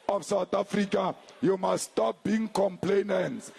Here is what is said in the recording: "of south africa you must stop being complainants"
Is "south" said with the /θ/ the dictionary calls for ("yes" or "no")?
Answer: no